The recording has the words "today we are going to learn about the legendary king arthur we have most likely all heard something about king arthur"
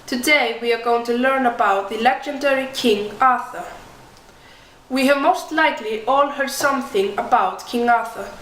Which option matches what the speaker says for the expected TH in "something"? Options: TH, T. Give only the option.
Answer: TH